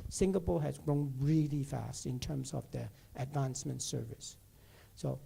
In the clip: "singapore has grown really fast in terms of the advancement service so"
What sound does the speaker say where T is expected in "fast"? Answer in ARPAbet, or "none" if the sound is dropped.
T